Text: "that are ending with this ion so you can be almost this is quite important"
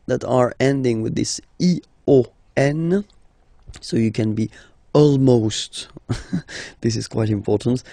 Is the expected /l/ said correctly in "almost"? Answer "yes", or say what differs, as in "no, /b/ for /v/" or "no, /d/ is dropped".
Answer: yes